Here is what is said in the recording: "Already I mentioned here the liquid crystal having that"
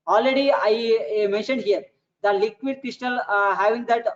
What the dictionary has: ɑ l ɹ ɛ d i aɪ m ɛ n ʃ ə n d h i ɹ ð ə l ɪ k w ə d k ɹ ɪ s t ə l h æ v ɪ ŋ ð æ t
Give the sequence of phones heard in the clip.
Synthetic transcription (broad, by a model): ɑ l ɹ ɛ d i aɪ m ɛ n ʃ ə n d h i ɹ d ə l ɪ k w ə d k ɹ ɪ s t ə l h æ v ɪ ŋ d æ t